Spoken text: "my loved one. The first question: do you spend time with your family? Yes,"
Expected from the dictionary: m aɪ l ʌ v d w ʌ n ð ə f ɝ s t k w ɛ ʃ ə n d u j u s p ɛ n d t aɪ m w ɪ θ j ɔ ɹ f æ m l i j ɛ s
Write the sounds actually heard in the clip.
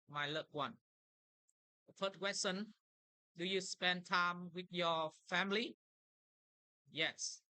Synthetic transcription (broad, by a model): m aɪ l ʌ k w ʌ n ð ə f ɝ t k w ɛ s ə n d u j u s p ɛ n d t aɪ m w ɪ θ j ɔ f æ m l i j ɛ s